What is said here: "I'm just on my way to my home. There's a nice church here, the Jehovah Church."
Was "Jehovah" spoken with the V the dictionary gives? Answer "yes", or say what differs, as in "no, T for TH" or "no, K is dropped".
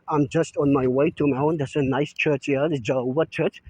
no, V is dropped